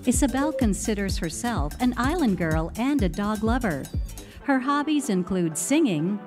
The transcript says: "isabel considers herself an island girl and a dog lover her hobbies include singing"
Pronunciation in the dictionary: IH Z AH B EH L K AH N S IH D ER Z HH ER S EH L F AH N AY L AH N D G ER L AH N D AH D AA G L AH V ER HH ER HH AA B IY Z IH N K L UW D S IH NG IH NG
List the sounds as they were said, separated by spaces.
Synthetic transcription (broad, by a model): IH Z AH B EH L K AH N S IH D ER Z HH ER S EH L F AH N AY L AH N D G ER L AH N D AH D AA G L AH V ER HH ER HH AA B IY Z IH N K L UW D S IH NG IH NG